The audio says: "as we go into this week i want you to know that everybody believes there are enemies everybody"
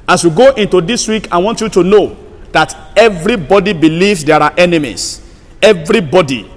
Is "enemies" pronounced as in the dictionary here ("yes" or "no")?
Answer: no